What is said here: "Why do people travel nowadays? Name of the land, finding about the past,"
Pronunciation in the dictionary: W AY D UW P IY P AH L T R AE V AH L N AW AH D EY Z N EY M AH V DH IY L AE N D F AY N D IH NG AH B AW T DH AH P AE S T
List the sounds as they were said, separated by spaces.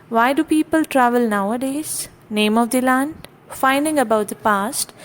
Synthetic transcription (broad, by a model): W AY D UW P IY P AH L T R AE V AH L N AW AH D EY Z N EY M AH V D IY L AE N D F AY N D IH NG AH B AW T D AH P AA S T